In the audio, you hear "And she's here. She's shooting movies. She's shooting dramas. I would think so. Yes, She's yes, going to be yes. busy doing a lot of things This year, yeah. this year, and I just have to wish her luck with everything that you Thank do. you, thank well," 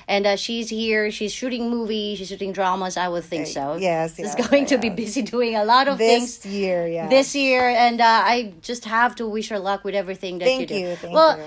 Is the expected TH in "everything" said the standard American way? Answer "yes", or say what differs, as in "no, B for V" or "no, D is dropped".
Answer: yes